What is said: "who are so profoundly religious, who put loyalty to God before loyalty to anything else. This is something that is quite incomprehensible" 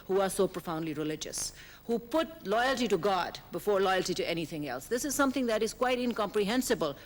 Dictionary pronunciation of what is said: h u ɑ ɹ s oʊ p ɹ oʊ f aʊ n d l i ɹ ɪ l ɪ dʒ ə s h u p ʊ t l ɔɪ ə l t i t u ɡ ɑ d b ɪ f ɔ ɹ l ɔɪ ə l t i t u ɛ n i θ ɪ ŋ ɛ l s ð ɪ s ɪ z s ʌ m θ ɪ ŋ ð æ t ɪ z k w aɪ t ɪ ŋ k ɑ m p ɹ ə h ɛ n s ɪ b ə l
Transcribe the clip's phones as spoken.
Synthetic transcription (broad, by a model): h u ɑ ɹ s oʊ p ɹ oʊ f aʊ n d l i ɹ ɪ l ɪ dʒ ə s h u p ʊ t l ɔɪ ə l t i t u ɡ ɑ d b ɪ f ɔ ɹ l ɔɪ ə l t i t u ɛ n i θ ɪ ŋ ɛ l s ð ɪ s ɪ z s ʌ m t ɪ ŋ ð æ t ɪ z k w aɪ t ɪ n k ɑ m p ɹ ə h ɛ n s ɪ b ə l